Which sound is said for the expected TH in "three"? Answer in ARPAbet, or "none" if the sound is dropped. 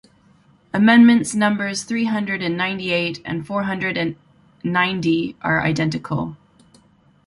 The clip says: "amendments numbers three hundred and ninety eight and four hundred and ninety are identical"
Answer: TH